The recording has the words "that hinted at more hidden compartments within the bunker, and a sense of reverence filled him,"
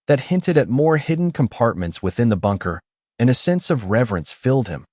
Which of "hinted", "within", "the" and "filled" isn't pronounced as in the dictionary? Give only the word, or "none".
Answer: none